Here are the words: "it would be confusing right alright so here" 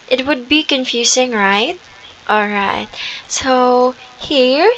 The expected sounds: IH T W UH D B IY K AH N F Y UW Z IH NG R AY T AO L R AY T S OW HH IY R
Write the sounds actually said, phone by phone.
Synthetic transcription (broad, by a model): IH T W UH D B IY K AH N F Y UW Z IH NG R AY T AO L R AY T S OW HH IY R